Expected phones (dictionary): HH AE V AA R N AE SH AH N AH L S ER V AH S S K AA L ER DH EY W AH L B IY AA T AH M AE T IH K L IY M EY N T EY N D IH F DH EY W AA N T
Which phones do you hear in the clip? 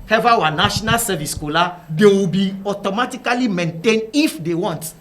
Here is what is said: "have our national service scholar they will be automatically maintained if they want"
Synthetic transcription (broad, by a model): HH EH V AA W N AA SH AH N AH L S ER V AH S S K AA L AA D EY W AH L B IY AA T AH M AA T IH K L IY M EY N T EY N D IH F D EY W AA N T